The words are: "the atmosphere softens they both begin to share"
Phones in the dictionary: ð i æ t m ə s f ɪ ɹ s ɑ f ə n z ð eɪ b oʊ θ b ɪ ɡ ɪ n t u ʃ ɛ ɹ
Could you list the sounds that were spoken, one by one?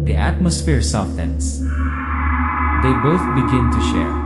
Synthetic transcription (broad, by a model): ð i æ t m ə s f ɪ ɹ s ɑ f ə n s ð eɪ b oʊ θ b ɪ ɡ ɪ n t u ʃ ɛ ɹ